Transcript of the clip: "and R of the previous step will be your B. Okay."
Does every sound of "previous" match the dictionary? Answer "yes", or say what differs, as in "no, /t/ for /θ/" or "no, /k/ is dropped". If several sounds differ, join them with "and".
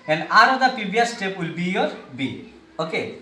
no, /ɹ/ is dropped and /b/ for /v/